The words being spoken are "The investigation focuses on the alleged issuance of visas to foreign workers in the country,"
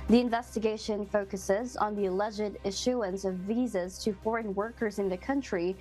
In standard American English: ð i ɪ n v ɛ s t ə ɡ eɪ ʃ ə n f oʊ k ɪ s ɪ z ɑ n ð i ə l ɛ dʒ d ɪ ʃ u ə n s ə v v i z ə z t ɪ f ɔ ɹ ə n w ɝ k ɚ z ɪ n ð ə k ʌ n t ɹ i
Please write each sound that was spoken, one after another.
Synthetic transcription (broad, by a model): ð i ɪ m v ɛ s t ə ɡ eɪ ʃ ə n f oʊ k ɪ s ɪ z n ð i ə l ɛ dʒ d ɪ ʃ u ə n s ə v v i z ə z t ɪ f ɔ ɹ ə n w ɝ k ɚ z ɪ n ð ə k ʌ n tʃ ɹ i